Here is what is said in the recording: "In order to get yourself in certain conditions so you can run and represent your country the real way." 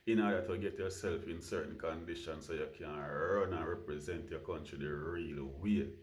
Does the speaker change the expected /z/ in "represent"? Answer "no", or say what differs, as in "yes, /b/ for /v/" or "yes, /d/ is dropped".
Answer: no